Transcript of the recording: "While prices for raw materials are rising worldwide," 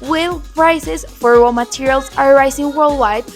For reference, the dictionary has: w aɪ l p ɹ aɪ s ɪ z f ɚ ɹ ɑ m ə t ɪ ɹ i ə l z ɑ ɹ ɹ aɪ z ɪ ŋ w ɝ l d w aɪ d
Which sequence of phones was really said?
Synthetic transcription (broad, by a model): w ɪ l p ɹ aɪ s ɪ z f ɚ w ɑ m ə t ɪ ɹ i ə l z ɑ ɹ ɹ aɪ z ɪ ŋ w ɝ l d w aɪ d